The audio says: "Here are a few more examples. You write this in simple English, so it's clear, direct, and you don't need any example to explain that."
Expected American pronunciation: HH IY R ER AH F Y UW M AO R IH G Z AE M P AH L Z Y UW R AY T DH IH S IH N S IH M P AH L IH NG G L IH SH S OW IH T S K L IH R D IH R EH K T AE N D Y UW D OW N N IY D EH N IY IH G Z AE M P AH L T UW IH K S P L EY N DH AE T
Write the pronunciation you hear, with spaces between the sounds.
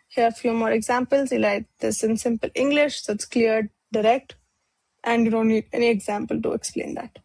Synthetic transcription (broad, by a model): HH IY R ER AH F Y UW M AO R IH G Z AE M P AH L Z Y UW L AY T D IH S IH N S IH M P AH L IH NG G L IH SH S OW IH T S K L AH R D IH R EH K T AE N D Y UW D OW N N IY D EH N IY IH G Z AE M P AH L T UW IH K S P L EY N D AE T